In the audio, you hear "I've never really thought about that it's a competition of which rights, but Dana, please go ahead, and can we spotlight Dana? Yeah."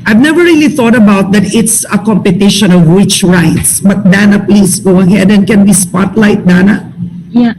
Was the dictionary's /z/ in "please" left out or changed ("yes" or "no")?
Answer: yes